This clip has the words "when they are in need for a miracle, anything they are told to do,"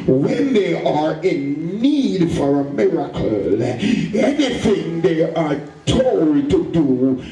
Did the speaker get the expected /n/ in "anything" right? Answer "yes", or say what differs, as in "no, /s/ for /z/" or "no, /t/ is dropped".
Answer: yes